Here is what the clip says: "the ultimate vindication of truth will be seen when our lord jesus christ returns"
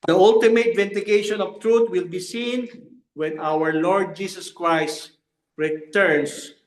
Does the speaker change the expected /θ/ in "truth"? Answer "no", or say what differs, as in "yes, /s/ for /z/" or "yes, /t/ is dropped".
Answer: yes, /t/ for /θ/